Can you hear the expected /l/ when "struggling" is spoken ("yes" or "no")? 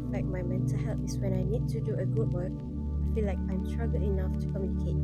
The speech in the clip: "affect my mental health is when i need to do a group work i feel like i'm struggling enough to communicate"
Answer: no